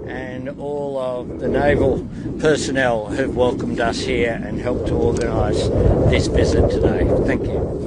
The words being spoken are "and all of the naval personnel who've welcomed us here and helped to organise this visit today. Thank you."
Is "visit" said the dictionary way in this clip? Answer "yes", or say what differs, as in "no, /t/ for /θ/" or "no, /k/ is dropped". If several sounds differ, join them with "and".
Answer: no, /b/ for /v/